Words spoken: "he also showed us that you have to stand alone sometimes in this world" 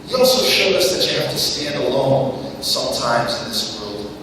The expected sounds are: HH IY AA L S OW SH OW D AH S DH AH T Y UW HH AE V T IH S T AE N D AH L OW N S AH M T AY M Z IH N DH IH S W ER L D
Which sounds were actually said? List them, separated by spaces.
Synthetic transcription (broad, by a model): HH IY AA L S OW SH OW D AH S DH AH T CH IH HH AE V T IH S T AE N D AH L OW N S AH M T AY M Z IH N DH IH S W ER L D